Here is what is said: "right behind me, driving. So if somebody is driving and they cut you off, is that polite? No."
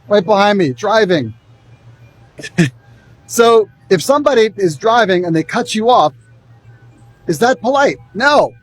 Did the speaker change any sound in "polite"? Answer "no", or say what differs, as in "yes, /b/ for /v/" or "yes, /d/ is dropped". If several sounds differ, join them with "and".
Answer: no